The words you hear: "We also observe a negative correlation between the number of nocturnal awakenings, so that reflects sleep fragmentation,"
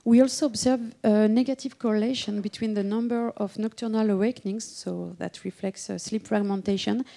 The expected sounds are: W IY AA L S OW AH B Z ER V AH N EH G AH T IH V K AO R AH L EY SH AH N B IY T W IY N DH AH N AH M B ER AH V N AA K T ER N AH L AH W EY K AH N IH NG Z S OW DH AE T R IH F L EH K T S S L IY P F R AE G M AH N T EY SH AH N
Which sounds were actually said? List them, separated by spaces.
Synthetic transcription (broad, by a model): W IY AA L S OW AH B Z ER V AH N EH G AH T IH V K AO R AH L EY SH AH N B IY T W IY N DH AH N AH M B ER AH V N AA K T ER N AH L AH W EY K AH N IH NG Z S OW DH AE T R IH F L EH K T S S L IY P F R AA G M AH N T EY SH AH N